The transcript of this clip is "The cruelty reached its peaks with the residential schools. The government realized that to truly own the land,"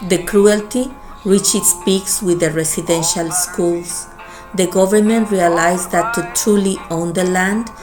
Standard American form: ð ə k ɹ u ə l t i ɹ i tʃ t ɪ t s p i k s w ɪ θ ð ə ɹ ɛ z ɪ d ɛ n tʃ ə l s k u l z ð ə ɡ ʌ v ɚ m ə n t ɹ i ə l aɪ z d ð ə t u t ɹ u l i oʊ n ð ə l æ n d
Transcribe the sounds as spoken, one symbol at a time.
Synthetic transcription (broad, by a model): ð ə k ɹ u ə l t i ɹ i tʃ ɪ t s p i k s w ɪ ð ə ɹ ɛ s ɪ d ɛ n ʃ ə l s k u l s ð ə ɡ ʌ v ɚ m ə n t ɹ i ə l aɪ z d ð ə t u t ɹ u l i oʊ n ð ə l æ n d